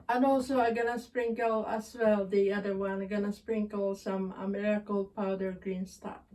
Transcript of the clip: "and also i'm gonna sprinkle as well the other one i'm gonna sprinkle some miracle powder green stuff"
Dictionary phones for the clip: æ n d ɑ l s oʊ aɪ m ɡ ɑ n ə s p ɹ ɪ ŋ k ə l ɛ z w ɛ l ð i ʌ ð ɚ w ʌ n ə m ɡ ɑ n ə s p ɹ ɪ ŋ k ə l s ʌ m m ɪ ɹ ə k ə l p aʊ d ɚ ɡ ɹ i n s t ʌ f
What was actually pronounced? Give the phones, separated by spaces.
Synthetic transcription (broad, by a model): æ n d ɑ l s oʊ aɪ ɡ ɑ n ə s p ɹ ɪ ŋ k ə l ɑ s w ɛ l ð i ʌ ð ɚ w ʌ n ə ɡ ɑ n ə s p ɹ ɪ ŋ k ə l s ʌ m m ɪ ɹ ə k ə l p aʊ d ɚ ɡ ɹ i n s t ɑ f